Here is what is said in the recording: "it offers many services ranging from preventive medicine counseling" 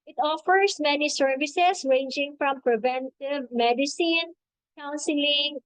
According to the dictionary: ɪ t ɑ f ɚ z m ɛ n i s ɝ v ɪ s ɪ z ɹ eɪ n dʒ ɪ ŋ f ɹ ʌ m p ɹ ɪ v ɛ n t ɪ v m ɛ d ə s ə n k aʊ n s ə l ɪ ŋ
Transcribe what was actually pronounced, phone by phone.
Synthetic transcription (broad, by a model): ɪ t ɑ f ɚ s m ɛ n i s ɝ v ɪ s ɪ s ɹ eɪ n dʒ ɪ ŋ f ɹ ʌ m p ɹ ɪ v ɛ n t ɪ v m ɛ d ə s ə n k aʊ n s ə l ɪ ŋ